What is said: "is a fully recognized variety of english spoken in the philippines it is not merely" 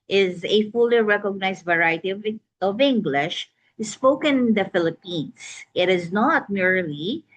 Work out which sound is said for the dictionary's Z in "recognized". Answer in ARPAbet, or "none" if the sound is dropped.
S